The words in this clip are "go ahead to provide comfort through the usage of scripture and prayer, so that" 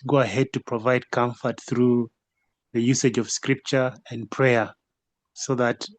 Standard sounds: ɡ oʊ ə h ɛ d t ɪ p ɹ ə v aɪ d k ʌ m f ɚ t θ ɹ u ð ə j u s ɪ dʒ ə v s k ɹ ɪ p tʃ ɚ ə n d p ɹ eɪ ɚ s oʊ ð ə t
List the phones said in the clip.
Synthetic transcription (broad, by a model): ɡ oʊ ə h ɛ d t ɪ p ɹ ə v aɪ d k ʌ m f ɚ t θ ɹ u ð ə j u s ɪ dʒ ə v s k ɹ ɪ p tʃ ɚ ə n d p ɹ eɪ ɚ s oʊ ð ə t